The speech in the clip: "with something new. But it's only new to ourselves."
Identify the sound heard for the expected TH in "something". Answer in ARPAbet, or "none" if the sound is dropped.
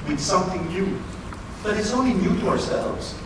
TH